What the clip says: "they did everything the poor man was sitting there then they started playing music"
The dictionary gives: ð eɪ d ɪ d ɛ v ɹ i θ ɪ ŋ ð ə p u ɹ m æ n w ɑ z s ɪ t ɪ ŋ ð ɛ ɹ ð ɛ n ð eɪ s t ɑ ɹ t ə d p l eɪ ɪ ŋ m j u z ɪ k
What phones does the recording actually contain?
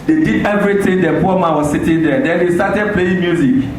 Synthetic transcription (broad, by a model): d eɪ d ɪ d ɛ v ɹ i t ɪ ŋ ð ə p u m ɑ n w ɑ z s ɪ t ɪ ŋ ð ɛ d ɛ n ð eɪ s t ɑ t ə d p l eɪ ɪ ŋ m j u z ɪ k